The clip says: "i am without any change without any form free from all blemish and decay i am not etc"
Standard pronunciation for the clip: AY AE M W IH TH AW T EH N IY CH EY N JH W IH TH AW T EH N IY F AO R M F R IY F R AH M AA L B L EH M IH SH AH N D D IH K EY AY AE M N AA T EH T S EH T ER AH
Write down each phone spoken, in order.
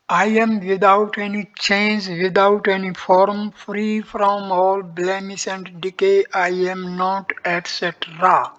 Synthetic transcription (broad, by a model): AY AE M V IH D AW T EH N IY CH EY N JH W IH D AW T EH N IY F AO R M F R IY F R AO M AA L B L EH M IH S AH N D D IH K EY AY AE M N AA T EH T S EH T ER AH